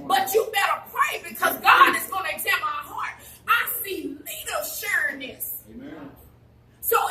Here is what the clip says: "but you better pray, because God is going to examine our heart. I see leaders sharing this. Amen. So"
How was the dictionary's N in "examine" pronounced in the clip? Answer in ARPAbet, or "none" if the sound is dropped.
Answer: none